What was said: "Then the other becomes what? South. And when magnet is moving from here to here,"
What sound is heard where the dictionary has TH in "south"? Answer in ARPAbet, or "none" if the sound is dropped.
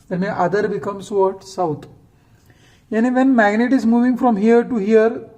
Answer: T